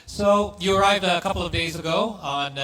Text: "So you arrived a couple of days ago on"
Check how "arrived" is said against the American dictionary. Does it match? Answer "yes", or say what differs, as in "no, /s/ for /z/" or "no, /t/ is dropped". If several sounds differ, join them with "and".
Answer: yes